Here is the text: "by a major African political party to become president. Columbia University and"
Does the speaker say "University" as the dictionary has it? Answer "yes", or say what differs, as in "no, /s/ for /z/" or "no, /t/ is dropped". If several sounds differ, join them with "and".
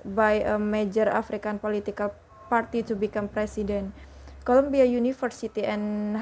no, /f/ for /v/